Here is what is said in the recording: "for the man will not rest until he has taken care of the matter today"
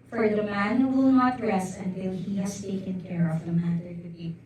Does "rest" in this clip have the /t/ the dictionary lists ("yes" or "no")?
no